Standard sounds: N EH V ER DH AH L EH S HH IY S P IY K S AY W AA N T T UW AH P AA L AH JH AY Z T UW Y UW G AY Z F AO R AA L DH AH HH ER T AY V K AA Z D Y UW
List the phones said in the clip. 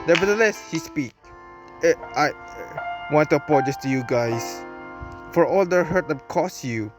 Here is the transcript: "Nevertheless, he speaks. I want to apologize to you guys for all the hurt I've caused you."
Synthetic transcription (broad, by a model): N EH V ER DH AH L EH S HH IY S P IY K AY W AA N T T UW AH P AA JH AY S T UW Y UW G AY S F AO R AA L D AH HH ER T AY K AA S Y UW